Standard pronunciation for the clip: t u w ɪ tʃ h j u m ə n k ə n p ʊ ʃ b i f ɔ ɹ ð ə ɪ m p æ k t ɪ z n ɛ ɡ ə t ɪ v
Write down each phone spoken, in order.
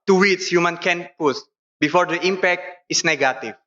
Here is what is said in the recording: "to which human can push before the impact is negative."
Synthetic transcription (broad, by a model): t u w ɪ s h j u m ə n k ə n p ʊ s b i f ɔ ɹ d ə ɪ m p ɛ k t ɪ s n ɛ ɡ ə t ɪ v